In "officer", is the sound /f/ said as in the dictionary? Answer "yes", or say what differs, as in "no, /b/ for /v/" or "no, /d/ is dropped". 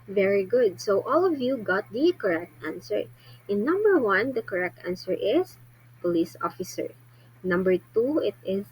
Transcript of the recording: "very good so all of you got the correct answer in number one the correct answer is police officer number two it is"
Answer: yes